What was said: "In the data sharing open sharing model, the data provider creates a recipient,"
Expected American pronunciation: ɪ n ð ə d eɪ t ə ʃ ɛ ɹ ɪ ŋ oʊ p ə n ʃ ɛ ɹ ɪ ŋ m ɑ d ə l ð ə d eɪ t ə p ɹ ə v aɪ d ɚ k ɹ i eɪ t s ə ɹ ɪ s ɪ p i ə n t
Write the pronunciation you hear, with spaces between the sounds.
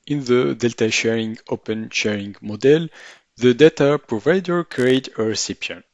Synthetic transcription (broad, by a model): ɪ n ð ə d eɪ t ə ʃ ɛ ɹ ɪ ŋ oʊ p ə n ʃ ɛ ɹ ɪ ŋ m ɑ d ə l ð ə d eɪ t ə p ɹ ə v aɪ d ɚ k ɹ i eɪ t ə ɹ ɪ s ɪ p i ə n